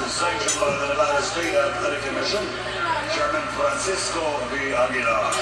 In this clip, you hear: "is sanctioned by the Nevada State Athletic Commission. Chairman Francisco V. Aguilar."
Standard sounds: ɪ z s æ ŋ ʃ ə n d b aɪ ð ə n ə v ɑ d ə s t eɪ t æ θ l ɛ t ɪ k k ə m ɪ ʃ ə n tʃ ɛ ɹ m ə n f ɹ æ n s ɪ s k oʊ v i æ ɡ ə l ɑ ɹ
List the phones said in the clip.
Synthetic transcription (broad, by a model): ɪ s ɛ ʃ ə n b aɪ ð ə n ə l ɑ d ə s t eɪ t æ t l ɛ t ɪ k k ə m ɪ ʃ ə n tʃ ɛ ɹ m ə n f ɹ æ n s ɪ s k oʊ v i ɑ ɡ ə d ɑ